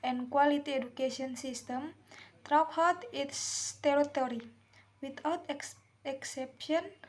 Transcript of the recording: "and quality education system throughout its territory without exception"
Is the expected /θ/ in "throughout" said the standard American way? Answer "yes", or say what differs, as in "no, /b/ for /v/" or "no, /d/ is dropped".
no, /t/ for /θ/